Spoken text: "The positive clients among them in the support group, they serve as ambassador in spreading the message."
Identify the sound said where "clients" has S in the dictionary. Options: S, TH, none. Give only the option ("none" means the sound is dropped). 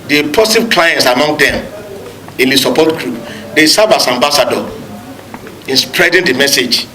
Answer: S